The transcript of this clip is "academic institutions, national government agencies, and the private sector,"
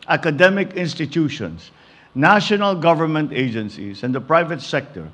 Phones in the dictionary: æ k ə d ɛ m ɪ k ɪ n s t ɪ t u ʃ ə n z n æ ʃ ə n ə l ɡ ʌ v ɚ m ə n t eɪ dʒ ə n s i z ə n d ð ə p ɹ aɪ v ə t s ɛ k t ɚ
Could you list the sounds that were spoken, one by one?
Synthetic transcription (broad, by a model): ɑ k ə d ɛ m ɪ k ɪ n s t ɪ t u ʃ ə n s n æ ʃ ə n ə l ɡ ʌ v ɚ m ə n t eɪ dʒ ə n s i s ə n d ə p ɹ aɪ v ə t s ɛ k t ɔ